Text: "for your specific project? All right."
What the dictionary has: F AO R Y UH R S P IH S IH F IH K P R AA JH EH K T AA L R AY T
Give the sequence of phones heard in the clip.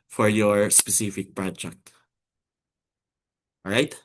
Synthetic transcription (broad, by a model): F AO R Y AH R S P IH S IH F IH K P R AA JH EH K T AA R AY T